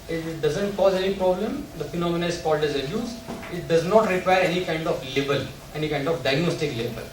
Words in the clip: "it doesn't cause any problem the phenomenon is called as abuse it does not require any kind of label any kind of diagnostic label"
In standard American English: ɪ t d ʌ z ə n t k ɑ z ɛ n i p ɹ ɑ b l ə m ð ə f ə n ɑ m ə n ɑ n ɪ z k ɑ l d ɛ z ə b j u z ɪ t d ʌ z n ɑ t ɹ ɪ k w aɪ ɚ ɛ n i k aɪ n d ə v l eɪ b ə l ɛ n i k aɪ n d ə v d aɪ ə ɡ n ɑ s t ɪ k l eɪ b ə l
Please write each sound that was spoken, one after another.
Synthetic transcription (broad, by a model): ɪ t d ʌ z ə n t k ɑ z ɛ n i p ɹ ɑ b l ə m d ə f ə n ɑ m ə n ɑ ɪ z k ɑ l d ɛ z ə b j u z ɪ t d ʌ z n ɑ t ɹ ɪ k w aɪ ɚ ɛ n i k aɪ n d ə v l eɪ b ə l ɛ n i k aɪ n d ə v d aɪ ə ɡ n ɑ s t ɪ k l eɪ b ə l